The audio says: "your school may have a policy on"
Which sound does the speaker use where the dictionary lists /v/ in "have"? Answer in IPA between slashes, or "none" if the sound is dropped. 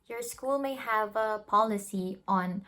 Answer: /v/